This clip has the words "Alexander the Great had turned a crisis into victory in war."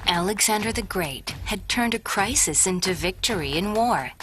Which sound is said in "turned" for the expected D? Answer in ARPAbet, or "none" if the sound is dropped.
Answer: D